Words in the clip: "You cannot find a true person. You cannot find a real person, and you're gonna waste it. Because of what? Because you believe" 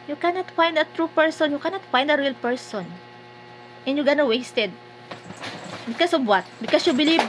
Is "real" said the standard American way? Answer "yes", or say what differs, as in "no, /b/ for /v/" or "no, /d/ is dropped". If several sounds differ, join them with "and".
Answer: yes